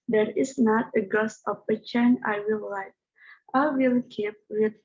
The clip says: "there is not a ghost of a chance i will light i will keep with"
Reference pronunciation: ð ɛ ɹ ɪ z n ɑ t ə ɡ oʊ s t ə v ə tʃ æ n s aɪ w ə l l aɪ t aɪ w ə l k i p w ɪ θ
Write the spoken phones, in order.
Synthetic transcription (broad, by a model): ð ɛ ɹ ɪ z n ɑ t ə ɡ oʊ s ə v ə tʃ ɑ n aɪ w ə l l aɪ t aɪ w ə l k i p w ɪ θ